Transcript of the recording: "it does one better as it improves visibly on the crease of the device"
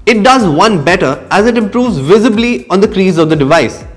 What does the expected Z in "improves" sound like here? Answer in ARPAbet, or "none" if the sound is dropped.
Z